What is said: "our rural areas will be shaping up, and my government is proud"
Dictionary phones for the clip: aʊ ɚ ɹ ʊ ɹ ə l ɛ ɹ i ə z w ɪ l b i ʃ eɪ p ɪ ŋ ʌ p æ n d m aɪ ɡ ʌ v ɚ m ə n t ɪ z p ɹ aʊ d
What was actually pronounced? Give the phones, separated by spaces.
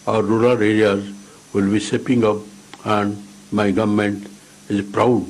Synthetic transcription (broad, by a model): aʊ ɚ ɹ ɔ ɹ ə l ɛ ɹ i ə z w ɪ l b i s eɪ p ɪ ŋ ʌ p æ n d m aɪ ɡ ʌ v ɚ m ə n t ɪ z p ɹ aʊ d